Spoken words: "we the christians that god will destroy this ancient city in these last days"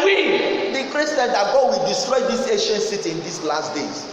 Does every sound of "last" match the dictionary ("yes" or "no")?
yes